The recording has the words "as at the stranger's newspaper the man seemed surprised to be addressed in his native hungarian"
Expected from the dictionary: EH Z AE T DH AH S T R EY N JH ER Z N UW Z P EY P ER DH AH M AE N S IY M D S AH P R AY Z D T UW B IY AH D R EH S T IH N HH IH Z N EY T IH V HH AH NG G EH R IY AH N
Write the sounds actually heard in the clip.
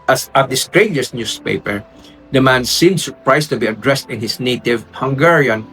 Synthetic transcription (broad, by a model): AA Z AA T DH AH S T R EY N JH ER S N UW S P EY P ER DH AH M AE N S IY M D S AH P R AY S T UW B IY AH D R EH S T IH N HH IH S N EY T IH V HH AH NG G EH R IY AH N